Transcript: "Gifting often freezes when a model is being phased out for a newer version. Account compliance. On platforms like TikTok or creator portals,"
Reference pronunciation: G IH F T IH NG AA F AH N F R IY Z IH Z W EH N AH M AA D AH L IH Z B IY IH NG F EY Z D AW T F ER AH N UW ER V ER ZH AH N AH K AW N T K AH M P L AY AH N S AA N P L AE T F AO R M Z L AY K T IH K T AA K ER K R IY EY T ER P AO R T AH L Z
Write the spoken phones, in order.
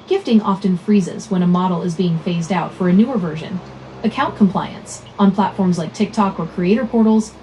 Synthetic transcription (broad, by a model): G IH F T IH NG AA F AH N F R IY Z IH Z W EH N AH M AA D L IH Z B IY IH NG F EY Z D AW T F ER AH N UW ER V ER ZH AH N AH K AW N K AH M P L AY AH N S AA N P L AE T F AO R M Z L AY K T IH K T AA K ER K R IY EY T ER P AO R T L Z